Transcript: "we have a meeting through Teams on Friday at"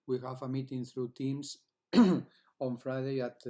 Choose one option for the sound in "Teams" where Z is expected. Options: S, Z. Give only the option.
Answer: S